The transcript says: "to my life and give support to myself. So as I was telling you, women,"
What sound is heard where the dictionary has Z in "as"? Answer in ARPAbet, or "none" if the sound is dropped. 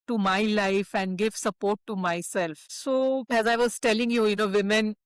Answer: Z